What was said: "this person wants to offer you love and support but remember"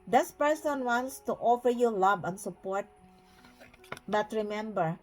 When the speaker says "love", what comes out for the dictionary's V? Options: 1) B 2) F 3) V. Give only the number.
1